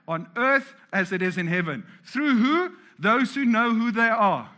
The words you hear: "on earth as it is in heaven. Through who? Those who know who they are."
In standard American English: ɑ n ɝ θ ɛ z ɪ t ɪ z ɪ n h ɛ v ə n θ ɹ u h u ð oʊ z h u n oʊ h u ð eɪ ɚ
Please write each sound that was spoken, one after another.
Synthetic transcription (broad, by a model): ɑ n ɝ θ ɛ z ɪ t ɪ z ɪ n h ɛ v ə n θ ɹ u h u ð oʊ z h u n oʊ h u ð eɪ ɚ